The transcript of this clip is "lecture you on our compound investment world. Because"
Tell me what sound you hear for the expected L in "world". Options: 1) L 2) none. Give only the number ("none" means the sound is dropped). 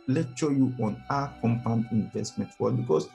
2